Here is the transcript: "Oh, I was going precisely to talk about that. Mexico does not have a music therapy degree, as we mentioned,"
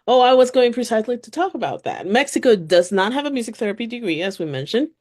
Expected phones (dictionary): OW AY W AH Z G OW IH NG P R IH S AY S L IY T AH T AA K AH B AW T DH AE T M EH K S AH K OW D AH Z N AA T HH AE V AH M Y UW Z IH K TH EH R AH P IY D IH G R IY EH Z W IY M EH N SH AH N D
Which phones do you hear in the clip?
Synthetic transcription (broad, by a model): OW AY W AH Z G OW IH NG P R IH S AY S L IY T AH T AA K AH B AW T DH AE T M EH K S AH K OW D AH Z N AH T HH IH V AH M Y UW Z IH K TH EH R AH P IY D IH G R IY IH Z W IY M EH N SH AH N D